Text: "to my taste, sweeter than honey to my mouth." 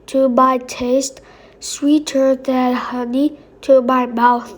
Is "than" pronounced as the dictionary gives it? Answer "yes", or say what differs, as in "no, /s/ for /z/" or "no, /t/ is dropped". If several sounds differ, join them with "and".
no, /l/ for /n/